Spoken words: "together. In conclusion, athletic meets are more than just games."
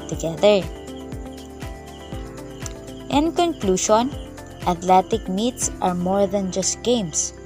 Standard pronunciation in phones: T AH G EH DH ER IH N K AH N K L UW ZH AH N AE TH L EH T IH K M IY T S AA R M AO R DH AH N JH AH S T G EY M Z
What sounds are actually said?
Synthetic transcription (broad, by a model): T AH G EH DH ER IH N K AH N K L UW SH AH N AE T L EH T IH K M IY T S AA R M AO R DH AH N JH AH S T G EY M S